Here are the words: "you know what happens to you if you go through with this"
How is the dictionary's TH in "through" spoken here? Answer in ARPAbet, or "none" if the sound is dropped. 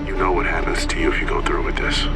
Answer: TH